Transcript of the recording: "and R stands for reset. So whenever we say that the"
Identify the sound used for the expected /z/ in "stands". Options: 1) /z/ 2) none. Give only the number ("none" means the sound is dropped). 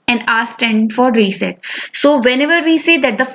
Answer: 2